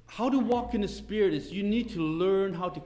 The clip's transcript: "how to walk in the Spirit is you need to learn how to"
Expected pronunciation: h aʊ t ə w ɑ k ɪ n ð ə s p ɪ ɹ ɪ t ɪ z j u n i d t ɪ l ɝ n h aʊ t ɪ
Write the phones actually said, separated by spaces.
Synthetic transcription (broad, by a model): h aʊ t ə w ɑ k ɪ n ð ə s p ɪ ɹ ɪ t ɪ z j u n i d t ɪ l ɝ n h aʊ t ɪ